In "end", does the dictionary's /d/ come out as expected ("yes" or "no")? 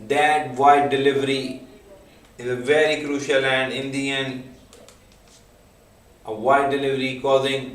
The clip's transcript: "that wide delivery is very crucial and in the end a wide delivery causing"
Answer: no